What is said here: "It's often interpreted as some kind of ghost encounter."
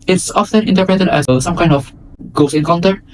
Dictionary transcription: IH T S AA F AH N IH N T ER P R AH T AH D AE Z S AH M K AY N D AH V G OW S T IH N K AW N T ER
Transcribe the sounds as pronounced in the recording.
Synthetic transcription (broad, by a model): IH T S AA F AH N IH N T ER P R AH T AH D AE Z S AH M K AY N D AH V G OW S IH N K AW N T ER